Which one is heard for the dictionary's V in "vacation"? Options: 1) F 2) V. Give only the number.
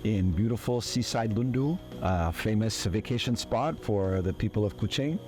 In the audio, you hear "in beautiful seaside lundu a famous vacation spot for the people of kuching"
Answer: 2